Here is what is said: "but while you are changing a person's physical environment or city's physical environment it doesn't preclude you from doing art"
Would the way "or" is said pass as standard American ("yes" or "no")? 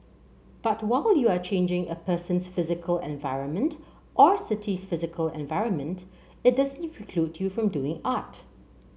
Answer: yes